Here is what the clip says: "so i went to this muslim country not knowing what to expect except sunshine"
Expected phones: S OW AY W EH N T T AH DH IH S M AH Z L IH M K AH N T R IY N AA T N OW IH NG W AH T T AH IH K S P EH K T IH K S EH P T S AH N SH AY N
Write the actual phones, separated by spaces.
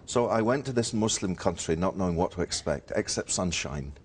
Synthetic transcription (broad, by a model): S OW AY W EH N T T AH DH IH S M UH S L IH M K AH N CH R IY N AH T N OW IH NG W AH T T AH IH K S P EH K T IH K S EH P T S AH N SH AY N